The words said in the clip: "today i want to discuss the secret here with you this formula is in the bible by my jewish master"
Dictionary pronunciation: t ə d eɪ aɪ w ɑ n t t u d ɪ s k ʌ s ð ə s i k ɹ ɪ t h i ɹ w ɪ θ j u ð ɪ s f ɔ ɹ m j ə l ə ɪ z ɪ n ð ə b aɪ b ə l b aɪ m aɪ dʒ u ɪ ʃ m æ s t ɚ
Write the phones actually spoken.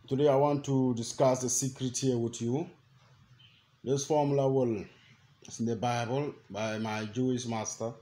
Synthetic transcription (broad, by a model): t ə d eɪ aɪ w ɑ n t t u d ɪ s k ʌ s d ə s i k ɹ ɪ t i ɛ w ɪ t j u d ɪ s f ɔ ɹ m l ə w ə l s ɪ n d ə b aɪ b ə l b aɪ m aɪ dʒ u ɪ s m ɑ s t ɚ